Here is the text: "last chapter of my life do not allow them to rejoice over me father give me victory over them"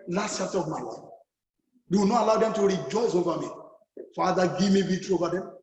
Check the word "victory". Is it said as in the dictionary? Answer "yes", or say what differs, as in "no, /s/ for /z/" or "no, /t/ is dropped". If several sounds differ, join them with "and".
no, /k/ is dropped